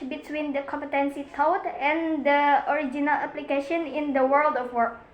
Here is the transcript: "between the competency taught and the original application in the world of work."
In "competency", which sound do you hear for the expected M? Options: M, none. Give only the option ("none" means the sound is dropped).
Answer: M